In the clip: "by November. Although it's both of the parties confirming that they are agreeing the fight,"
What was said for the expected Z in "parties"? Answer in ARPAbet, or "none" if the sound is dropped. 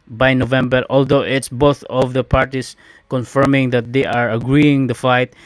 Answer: S